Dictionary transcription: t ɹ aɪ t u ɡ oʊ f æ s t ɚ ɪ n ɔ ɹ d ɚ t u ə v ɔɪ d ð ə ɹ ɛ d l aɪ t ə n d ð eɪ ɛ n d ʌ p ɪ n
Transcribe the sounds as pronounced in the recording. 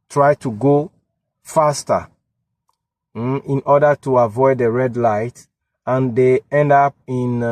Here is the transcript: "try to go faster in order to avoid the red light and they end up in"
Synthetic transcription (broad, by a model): t ɹ aɪ t u ɡ oʊ f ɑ s t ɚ ɪ n ɔ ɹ d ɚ t u ə v ɔɪ d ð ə ɹ ɛ d l aɪ t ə n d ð eɪ ɛ n d ʌ p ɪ n